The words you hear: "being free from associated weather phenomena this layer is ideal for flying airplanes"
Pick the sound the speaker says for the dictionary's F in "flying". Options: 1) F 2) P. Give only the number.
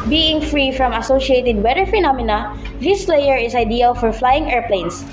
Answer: 1